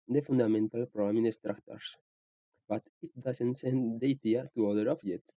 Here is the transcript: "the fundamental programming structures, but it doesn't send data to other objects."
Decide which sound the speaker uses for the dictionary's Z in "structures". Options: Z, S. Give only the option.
S